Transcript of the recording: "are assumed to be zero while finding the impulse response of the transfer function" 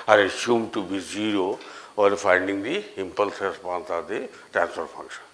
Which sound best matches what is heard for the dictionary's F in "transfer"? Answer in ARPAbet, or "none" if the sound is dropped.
P